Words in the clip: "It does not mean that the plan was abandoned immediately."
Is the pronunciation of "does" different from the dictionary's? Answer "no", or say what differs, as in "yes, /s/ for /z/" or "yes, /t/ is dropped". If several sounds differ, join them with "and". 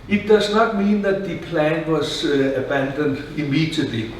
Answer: yes, /s/ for /z/